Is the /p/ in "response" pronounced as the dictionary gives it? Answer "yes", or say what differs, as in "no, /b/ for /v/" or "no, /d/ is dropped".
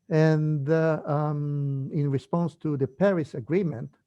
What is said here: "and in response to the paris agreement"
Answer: yes